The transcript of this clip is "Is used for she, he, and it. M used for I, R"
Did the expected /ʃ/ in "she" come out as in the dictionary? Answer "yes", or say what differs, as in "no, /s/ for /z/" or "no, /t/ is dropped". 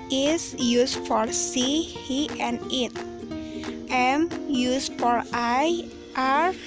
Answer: no, /s/ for /ʃ/